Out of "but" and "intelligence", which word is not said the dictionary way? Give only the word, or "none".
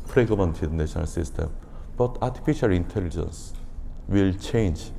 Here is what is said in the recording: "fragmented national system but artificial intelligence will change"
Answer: none